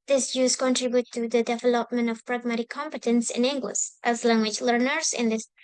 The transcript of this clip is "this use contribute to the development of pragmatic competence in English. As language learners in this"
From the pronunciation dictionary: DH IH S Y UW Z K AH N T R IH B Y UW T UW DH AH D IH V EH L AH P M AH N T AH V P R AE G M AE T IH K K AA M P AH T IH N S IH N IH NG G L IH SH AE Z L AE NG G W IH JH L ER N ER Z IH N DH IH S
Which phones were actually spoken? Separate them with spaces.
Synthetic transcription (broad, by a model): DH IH S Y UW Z K AH N T R IH B Y UW T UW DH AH D IH V EH L AH P M AH N T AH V P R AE G M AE T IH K K AA M P AH T IH N S IH N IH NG G L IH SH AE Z L AE NG G W IH JH L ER N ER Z IH N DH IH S